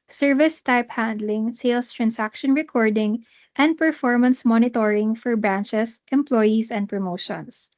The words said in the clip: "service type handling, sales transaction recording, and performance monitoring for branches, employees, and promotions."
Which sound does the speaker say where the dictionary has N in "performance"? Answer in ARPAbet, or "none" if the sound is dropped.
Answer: N